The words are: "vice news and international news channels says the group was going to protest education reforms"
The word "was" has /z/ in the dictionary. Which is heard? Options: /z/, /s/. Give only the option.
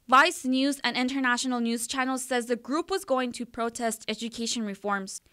/z/